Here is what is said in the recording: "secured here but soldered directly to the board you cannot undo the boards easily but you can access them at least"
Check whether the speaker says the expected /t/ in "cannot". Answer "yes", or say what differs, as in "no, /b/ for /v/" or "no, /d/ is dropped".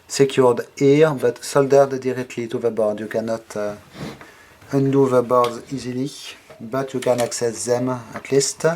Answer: yes